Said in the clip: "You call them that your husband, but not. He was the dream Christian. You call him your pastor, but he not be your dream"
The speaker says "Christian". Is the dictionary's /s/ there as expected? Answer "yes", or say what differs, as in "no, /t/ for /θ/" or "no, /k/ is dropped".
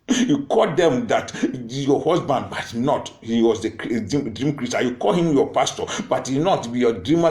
no, /s/ is dropped